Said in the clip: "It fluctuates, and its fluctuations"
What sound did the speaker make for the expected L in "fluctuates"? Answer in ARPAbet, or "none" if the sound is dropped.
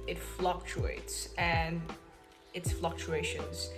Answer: L